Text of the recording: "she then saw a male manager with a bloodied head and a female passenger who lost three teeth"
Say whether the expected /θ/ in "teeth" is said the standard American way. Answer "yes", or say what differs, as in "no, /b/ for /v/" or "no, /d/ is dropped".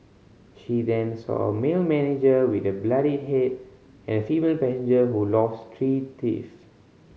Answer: no, /f/ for /θ/